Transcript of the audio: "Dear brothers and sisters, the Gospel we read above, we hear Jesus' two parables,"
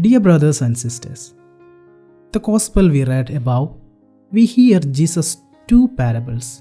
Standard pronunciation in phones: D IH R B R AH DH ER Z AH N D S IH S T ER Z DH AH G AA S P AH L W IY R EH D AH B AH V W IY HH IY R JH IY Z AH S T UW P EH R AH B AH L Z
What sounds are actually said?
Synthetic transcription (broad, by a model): D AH R B R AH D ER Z AH N D S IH S T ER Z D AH G AA S P AH L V IY R EH D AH B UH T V IY HH IY R JH IY S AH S T UW P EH R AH B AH L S